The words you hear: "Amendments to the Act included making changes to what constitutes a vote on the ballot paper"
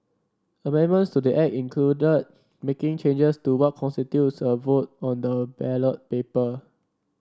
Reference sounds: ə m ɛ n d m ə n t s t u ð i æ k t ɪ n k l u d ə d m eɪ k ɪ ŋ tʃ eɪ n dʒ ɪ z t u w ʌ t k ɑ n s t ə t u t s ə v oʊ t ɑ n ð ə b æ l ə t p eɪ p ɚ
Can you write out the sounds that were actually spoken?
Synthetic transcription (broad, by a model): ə m ɛ n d m ə n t s t u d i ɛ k ɪ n k l u d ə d m eɪ k ɪ ŋ tʃ eɪ n dʒ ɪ s t u w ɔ t k ɑ n s t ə t u t s ə v oʊ t ɑ n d ə b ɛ l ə t p eɪ p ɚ